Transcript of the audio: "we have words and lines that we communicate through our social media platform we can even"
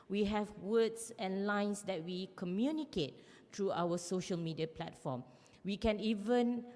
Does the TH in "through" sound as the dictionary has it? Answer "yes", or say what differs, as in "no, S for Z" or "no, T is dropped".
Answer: no, T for TH